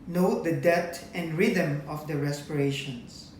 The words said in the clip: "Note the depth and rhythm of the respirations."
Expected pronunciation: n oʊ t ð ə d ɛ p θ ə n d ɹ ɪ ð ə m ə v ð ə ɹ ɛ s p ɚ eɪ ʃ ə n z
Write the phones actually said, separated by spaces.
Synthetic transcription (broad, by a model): n oʊ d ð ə d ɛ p t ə n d ɹ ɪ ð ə m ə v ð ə ɹ ɛ s p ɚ eɪ ʃ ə n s